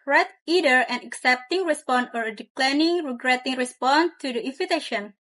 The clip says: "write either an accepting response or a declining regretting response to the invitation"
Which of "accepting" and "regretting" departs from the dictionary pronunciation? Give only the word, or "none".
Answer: none